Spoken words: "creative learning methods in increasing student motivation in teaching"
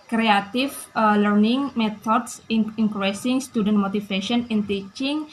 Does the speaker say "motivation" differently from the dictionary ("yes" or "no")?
yes